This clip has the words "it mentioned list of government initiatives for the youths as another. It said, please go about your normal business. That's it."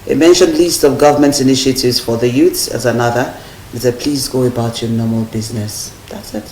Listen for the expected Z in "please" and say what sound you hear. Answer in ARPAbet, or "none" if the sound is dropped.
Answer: Z